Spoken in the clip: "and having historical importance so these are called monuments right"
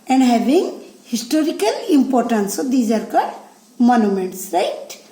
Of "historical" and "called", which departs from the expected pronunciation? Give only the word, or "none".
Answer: called